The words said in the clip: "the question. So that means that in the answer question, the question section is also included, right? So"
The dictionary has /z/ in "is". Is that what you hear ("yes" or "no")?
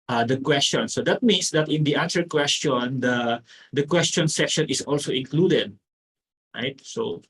no